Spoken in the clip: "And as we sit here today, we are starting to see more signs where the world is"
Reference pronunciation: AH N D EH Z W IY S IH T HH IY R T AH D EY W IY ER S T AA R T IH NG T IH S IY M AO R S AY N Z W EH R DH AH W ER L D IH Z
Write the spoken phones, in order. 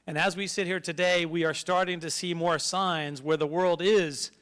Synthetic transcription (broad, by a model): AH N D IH Z W IY S IH T HH IY R T AH D EY W IY ER S T AA R T IH NG T IH S IY M AO R S AY N Z W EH R DH AH W ER L D IH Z